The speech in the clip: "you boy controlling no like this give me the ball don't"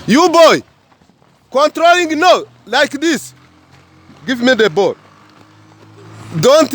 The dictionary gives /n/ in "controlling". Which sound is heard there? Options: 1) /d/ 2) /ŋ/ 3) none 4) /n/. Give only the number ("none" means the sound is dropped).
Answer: 4